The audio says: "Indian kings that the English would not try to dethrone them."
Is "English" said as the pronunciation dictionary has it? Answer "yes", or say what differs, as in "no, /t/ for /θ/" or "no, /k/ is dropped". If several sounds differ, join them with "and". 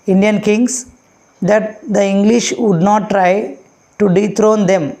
yes